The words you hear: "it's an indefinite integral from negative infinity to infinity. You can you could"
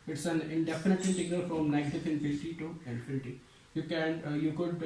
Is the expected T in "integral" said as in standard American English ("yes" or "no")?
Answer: no